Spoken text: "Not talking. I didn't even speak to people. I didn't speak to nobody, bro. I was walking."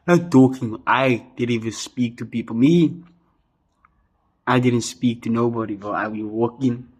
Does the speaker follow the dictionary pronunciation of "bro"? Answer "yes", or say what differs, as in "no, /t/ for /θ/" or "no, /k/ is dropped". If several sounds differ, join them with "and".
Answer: no, /ɹ/ is dropped